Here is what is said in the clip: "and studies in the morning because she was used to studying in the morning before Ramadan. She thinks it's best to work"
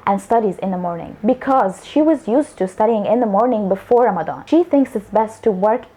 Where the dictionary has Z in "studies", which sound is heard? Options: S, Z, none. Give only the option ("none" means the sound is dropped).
Z